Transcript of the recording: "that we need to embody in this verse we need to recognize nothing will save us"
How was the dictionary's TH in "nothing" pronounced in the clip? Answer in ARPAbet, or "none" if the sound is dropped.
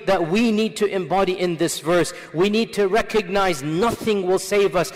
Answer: TH